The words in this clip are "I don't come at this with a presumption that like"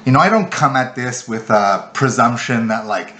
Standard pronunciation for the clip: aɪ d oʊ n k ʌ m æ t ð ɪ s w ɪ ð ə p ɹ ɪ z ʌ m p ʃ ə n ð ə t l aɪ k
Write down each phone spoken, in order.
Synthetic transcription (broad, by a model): aɪ d oʊ n k ʌ m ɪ t ð ɪ s w ɪ ð ə p ɹ ɪ z ʌ m p ʃ ə n ð ə t l aɪ k